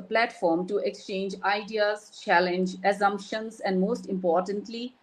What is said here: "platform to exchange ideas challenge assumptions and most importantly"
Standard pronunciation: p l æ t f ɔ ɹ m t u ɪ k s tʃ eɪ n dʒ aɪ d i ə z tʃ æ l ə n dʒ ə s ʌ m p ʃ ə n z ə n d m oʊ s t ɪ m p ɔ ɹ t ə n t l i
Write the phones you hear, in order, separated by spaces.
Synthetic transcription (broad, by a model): p l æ t f ɔ ɹ m t u ɪ k s tʃ eɪ n dʒ aɪ d i ə z tʃ æ l ə n dʒ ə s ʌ m p ʃ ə n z ə n d m oʊ s t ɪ m p ɔ ɹ t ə n t l i